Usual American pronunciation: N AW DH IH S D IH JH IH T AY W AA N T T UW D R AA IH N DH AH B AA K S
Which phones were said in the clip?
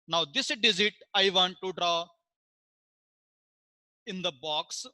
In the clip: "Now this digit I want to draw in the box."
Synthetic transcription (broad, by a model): N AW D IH S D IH Z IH T AY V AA N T T UW D R AA IH N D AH B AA K S